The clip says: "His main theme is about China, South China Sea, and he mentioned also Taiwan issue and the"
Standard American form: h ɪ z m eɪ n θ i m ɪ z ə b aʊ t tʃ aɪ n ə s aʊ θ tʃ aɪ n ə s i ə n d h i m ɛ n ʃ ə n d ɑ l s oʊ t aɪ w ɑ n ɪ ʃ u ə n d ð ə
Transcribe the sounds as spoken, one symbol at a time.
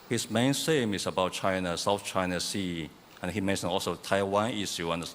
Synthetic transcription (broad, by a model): h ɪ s m eɪ n s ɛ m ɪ s ə b aʊ t tʃ aɪ n ə s aʊ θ tʃ aɪ n ə s i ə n h i m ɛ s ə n ɑ l s oʊ t aɪ w ɑ n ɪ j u ə n d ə